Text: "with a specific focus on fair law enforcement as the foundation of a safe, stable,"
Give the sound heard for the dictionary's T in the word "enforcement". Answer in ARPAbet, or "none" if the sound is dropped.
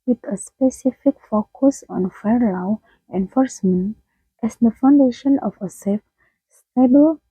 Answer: T